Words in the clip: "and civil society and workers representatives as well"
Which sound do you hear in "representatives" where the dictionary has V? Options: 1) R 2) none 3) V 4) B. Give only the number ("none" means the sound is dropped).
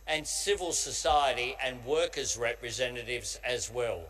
3